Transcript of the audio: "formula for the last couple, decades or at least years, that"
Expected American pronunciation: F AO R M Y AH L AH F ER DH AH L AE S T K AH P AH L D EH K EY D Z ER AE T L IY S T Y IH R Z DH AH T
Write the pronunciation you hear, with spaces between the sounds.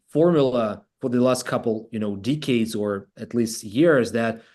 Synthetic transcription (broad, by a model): F AO R M Y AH L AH F ER DH AH L AE S T K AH P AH N D EH K EY D Z ER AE T L IY S T Y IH R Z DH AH T